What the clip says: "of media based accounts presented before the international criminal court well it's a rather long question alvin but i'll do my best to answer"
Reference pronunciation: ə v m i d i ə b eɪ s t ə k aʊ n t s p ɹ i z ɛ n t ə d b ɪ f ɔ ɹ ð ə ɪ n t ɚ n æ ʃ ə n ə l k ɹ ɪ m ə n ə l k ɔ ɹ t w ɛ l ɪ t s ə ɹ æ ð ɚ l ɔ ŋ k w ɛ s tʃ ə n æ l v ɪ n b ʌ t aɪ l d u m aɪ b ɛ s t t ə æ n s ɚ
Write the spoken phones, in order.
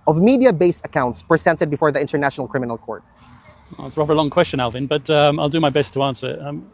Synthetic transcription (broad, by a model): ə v m i d i ə b eɪ s ə k aʊ n t s p ɹ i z ɛ n t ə d b ɪ f ɔ ɹ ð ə ɪ n t ɚ n æ ʃ ə n ə l k ɹ ɪ m ə n ə l k ɔ ɹ t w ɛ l ɪ t s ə ɹ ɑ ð ɚ l ɔ ŋ k w ɛ s tʃ ə n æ l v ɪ n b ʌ t aɪ l d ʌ m aɪ b ɛ s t t ə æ n s ɚ